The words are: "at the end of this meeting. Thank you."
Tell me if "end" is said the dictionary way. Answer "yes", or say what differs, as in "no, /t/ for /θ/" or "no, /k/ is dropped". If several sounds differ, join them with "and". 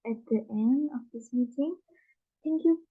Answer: yes